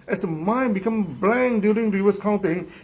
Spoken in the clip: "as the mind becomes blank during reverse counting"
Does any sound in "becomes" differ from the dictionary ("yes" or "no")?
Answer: yes